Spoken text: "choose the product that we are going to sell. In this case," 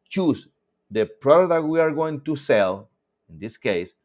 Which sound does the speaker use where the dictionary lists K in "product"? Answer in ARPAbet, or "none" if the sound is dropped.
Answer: none